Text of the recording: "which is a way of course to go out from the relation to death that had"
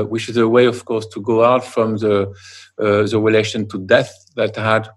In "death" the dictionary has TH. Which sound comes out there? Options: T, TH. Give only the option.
TH